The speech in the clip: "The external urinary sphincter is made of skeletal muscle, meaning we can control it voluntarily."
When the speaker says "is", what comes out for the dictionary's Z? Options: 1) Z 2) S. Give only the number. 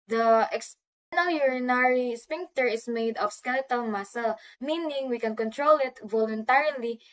2